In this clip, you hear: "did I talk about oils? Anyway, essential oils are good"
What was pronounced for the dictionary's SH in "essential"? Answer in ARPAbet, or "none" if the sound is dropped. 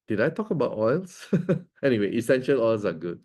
SH